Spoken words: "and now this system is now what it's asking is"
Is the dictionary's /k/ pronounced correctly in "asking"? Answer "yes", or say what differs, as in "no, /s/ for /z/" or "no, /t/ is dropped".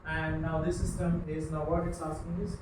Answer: no, /k/ is dropped